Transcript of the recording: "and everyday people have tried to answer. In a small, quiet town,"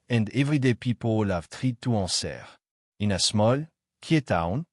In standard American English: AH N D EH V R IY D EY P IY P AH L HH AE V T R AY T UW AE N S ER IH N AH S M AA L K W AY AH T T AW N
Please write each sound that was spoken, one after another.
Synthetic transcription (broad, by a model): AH N D EH V R IY D EY P IY P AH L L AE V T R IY T UW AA S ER IH N AH S M AA L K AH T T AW N